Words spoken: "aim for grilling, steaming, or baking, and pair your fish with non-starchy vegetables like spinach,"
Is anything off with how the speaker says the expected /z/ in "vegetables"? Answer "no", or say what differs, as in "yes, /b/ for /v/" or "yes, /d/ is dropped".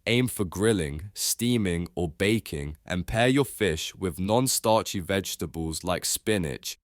no